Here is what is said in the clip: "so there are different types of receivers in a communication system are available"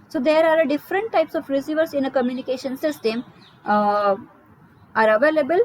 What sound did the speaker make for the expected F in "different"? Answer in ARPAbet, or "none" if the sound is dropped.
F